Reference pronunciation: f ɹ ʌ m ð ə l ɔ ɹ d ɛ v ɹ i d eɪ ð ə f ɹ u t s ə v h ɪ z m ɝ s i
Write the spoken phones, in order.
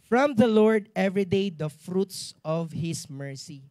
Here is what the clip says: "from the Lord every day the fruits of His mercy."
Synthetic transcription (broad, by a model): f ɹ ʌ m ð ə l ɔ ɹ d ɛ v ɹ i d eɪ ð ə f ɹ u t s ə v h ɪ s m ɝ s i